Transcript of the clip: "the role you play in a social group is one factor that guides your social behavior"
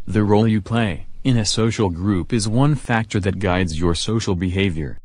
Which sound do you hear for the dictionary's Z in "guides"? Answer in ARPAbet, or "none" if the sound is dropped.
Z